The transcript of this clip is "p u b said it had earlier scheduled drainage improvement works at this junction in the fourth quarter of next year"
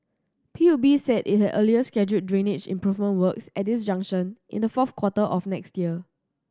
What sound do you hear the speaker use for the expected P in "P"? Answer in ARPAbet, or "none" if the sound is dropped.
P